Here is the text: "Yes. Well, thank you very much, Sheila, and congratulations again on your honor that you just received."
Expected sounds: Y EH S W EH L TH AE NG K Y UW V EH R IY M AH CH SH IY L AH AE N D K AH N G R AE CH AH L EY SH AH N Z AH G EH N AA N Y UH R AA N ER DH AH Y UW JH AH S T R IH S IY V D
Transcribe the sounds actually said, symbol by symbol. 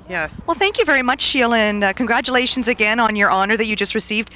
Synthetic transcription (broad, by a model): Y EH S W EH L TH AE NG K Y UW V EH R IY M AH CH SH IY L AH N K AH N G R AE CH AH L EY SH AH N Z AH G EH N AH N Y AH R AA N ER DH AH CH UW JH AH S T R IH S IY V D